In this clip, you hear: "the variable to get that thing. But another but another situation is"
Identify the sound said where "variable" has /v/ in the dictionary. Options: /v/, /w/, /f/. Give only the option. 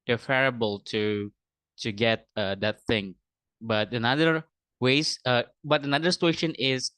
/f/